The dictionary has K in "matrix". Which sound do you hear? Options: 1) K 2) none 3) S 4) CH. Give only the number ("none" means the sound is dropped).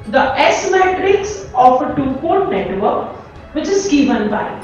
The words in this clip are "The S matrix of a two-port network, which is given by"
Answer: 1